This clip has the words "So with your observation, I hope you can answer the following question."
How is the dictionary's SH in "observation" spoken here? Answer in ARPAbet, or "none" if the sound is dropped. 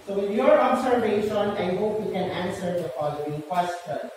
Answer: S